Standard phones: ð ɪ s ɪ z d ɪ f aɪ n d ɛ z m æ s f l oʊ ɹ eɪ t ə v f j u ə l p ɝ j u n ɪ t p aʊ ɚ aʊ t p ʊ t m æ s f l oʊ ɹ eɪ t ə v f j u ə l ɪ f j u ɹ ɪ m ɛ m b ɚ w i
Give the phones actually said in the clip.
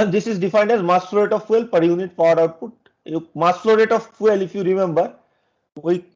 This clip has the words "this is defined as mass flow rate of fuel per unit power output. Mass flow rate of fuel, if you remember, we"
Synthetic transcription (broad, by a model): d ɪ s ɪ z d ɪ f aɪ n d ɛ z m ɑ s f l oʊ ɹ eɪ t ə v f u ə l p ɝ j u n ɪ t p aʊ ɚ aʊ t p ʊ t m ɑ s f l oʊ ɹ eɪ t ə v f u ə l ɪ f j u ɹ ɪ m ɛ m b ɚ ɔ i